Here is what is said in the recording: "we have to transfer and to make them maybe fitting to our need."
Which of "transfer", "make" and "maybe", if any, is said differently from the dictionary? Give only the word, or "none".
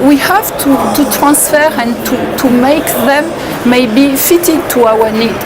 none